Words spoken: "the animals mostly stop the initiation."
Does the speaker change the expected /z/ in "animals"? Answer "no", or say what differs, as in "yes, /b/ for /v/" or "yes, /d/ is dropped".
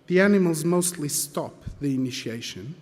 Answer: no